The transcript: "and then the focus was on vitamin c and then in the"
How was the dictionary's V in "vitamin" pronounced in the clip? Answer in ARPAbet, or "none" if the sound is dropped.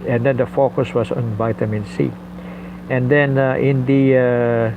V